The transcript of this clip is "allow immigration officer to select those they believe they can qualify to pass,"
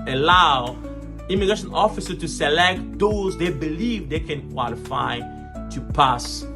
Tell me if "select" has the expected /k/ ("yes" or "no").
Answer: yes